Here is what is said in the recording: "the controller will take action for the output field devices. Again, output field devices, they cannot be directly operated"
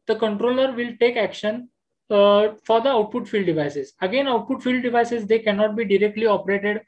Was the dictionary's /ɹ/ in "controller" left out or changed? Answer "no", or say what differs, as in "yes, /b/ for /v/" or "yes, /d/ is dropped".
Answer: no